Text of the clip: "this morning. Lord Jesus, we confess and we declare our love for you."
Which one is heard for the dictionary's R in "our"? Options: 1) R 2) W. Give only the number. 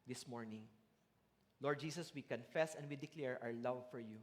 2